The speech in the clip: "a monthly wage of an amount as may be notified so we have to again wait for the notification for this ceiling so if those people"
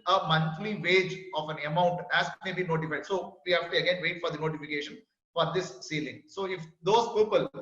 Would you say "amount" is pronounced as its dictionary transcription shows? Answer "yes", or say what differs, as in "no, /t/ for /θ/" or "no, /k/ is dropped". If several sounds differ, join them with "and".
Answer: yes